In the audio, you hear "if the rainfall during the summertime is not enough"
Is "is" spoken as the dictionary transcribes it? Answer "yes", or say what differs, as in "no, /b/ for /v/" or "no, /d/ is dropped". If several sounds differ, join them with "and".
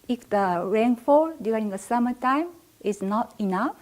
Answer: no, /s/ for /z/